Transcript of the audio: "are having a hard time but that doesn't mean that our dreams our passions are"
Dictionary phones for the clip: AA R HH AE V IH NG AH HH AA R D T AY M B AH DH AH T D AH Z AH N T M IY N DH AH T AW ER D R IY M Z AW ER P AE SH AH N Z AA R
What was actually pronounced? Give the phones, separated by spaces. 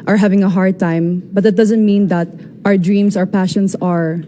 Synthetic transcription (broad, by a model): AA R HH AE V IH NG AH HH AA R D T AY M B AH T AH T D AH Z AH N T M IY N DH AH T AW ER D R IY M S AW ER P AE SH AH N S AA R